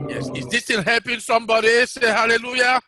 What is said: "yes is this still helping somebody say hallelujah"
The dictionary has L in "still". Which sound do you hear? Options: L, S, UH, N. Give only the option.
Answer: N